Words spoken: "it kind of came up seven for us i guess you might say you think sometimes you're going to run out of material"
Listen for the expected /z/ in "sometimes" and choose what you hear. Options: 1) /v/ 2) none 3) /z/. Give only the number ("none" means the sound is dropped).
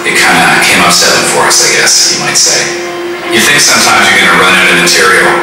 3